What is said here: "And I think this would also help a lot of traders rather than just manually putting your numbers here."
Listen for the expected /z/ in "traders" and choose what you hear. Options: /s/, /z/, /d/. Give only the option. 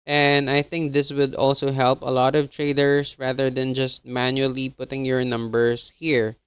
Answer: /s/